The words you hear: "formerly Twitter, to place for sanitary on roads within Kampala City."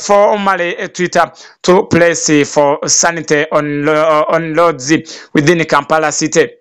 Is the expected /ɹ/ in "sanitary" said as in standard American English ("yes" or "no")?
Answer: no